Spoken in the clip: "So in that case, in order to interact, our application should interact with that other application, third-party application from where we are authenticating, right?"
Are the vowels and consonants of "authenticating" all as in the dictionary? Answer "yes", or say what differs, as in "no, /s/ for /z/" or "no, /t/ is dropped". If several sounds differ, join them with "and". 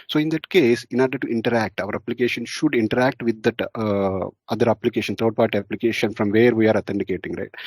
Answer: no, /t/ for /θ/